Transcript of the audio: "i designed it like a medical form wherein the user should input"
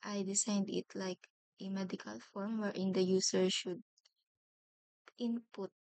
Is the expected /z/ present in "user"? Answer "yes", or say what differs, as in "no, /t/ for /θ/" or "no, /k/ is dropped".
no, /s/ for /z/